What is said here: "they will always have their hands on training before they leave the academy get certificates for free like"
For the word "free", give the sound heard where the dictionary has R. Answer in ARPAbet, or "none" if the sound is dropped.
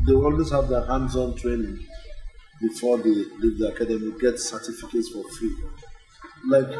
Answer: none